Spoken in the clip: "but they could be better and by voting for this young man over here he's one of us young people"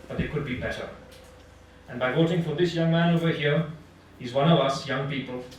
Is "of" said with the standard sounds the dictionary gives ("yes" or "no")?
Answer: yes